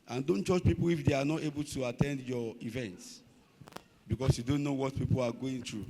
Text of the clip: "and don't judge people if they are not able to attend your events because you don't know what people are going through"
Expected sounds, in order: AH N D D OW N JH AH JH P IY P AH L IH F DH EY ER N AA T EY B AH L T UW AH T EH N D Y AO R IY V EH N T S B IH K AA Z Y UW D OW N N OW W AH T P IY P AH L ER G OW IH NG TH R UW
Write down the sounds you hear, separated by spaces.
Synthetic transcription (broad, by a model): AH N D D OW N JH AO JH P IY P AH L IH F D EY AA N AA T EY B AH L T UW AH T EH N D Y AO IY V EH N T S B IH K AA S Y UW D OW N N OW W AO T P IY P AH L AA G OW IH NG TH R UW